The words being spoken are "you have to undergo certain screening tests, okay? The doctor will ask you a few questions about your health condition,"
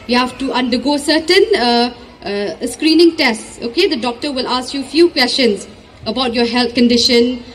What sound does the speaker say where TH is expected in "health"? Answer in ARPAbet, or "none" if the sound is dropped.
T